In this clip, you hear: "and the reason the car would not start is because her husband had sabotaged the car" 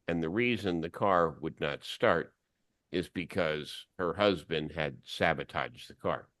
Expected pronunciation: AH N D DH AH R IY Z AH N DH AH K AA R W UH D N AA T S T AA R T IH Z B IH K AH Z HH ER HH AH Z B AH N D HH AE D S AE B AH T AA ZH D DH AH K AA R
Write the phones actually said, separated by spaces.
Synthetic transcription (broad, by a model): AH N DH AH R IY Z AH N DH AH K AA R W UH D N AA T S T AA R T IH Z B IH K AH Z HH ER HH AH Z B AH N D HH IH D S AE B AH T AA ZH DH AH K AA R